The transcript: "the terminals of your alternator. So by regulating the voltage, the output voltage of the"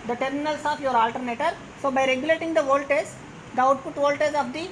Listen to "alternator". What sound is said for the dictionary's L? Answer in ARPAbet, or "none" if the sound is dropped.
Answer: L